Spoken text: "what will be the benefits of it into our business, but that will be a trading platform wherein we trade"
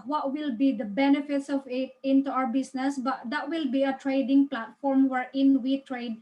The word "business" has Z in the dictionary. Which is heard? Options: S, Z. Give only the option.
S